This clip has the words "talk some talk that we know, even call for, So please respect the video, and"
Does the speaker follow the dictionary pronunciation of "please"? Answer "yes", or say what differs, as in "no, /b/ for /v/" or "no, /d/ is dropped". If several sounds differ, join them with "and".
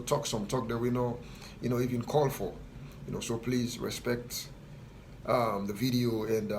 yes